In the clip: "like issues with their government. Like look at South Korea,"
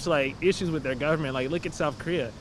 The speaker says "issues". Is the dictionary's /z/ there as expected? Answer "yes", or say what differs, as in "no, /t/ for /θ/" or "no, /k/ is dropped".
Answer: yes